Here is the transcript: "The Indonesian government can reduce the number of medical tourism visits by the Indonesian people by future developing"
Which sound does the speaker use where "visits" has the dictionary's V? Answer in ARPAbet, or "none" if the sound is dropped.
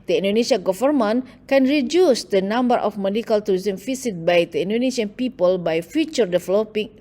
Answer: F